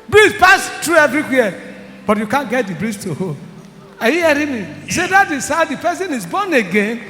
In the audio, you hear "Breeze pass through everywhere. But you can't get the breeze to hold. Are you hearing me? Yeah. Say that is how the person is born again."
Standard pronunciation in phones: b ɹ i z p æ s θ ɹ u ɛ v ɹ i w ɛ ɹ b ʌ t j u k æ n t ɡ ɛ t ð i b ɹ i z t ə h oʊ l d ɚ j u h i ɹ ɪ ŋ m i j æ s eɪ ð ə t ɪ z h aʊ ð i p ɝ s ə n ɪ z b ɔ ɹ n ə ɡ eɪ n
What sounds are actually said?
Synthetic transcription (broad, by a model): b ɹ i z p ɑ s t ɹ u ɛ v ɹ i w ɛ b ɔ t j u k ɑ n ɡ ɛ t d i b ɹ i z t ə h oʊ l ɑ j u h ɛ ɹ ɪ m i s eɪ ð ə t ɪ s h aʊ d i p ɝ s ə n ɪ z b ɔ n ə ɡ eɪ n